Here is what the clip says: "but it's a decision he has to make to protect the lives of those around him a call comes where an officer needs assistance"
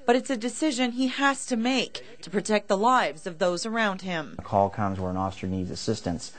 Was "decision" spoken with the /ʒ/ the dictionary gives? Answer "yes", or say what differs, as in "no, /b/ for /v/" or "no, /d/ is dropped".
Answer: yes